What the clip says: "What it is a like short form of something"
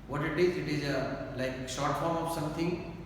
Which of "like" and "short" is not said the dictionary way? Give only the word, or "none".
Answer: short